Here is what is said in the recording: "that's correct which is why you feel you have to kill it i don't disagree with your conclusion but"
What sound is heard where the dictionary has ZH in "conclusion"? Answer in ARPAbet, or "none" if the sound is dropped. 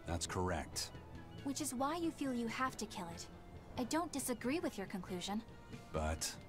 ZH